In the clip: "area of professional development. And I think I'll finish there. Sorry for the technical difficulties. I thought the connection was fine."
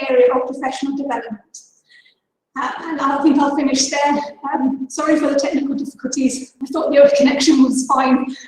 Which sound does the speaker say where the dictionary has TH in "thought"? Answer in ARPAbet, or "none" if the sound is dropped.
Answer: TH